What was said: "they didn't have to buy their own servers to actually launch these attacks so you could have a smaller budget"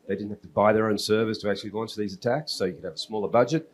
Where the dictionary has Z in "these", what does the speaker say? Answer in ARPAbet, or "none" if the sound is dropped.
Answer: Z